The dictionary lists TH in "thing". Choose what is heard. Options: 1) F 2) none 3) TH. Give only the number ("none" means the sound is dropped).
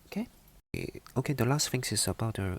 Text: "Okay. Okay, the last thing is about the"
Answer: 1